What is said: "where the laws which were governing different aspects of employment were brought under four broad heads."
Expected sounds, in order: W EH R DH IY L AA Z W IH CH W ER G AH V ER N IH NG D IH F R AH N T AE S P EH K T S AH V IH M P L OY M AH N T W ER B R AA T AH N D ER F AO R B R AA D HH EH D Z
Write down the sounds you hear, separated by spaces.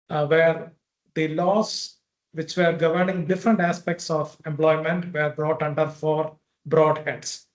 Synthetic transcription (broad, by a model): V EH R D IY L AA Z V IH CH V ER G AH V ER N IH NG D IH F R AH N T AE S P EH K T S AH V IH M P L OY M AH N T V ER B R AA T AH N D ER F AO R B R AA D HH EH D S